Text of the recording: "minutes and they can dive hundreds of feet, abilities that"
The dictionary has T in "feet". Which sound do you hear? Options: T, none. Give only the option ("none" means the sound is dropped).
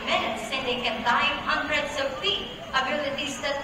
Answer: none